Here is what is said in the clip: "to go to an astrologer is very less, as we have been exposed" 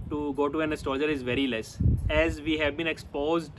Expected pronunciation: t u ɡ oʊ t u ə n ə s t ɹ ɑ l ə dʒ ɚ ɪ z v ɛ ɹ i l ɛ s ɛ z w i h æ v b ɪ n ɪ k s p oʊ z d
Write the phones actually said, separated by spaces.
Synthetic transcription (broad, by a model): t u ɡ oʊ t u ə n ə s t ɑ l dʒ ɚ ɪ z v ɛ ɹ i l ɛ s ɛ z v i h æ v b ɪ n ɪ k s p oʊ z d